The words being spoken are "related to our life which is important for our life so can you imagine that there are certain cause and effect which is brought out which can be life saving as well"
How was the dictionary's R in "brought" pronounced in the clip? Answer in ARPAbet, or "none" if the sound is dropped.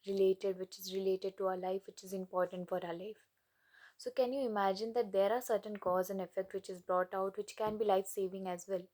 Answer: R